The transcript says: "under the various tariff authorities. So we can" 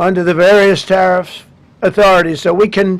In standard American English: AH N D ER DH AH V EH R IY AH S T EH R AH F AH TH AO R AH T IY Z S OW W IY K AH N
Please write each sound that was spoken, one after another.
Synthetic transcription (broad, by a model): AH N D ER DH AH V EH R IY AH S T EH R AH F AH TH AO R AH T IY Z S OW W IY K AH N